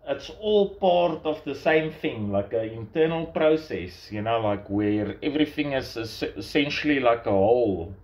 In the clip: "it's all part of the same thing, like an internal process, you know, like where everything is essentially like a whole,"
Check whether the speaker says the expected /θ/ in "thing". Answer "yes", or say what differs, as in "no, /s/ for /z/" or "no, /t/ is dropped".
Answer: yes